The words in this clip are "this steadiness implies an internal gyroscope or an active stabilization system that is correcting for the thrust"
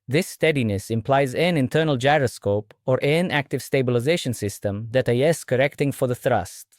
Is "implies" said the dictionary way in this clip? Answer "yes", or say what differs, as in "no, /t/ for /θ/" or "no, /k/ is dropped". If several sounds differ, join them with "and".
yes